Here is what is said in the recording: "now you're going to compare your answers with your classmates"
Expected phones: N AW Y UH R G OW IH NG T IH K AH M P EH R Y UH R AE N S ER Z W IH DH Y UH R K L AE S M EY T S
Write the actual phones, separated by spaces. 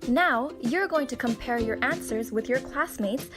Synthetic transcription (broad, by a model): N AW Y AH R G OW IH NG T IH K AH M P EH R Y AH R AE N S ER Z W IH DH Y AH R K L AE S M EY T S